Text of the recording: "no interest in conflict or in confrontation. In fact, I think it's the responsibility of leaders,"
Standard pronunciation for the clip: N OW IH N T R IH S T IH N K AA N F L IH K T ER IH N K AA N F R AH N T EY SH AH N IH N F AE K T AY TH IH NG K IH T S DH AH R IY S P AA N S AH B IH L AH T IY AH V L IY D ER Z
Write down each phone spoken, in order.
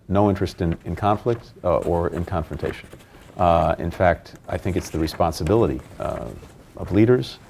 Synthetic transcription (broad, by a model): N OW IH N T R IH S T IH N K AA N F L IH K T ER IH N K AA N F R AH N T EY SH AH N IH N F AE K T AY TH IH NG K IH T S DH AH R IY S P AA N S AH B IH L AH T IY AH V L IY D ER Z